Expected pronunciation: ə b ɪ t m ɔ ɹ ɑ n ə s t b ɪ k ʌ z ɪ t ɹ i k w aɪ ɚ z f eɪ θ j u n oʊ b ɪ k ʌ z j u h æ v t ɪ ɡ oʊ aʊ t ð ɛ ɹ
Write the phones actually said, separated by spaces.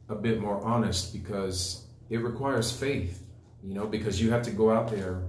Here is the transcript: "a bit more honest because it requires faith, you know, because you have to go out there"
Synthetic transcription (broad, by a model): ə b ɪ t m ɔ ɹ ɑ n ə s t b ɪ k ʌ z ɪ t ɹ i k w aɪ ɚ z f eɪ θ j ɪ n oʊ b ɪ k ʌ z j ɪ h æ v t ɪ ɡ oʊ aʊ t ð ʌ ɹ